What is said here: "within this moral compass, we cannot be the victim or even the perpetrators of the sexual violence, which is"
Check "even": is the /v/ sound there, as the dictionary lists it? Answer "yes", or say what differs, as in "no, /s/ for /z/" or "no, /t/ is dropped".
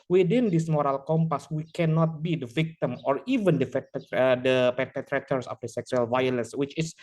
yes